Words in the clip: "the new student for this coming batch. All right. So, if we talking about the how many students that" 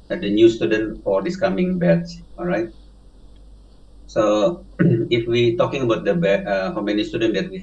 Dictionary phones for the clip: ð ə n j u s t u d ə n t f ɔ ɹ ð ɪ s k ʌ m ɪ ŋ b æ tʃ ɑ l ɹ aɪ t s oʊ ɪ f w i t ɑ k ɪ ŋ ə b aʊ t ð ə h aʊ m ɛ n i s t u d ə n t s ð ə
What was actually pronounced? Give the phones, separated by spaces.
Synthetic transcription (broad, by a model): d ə n j u s t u d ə n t f ɔ ɹ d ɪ s k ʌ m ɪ ŋ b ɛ s ɑ l ɹ aɪ t s oʊ ɪ f w i t ɑ k ɪ ŋ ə b aʊ t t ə h aʊ m ɛ n i s t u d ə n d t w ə